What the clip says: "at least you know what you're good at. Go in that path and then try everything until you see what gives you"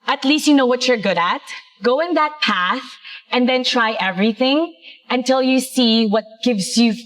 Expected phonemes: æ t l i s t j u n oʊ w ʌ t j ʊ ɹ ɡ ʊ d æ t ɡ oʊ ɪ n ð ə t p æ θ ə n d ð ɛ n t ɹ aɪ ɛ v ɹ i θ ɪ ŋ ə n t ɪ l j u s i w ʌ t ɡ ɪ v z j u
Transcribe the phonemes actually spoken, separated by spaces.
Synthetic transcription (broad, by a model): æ t l i s t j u n oʊ w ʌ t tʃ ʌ ɹ ɡ ʊ d æ t ɡ oʊ ɪ n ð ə t p æ θ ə n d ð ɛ n t ɹ aɪ ɛ v ɹ i θ ɪ ŋ ə n t ɪ l j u s i w ʌ t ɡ ɪ v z j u